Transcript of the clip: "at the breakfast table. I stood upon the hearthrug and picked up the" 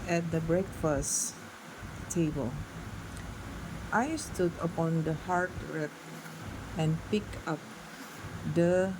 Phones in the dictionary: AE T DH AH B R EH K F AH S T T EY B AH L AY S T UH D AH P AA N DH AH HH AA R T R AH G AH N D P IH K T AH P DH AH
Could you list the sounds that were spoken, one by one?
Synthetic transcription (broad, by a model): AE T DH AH B R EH K F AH S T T EY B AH L AY S T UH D AH P AA N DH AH HH AA R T R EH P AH N P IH K AH P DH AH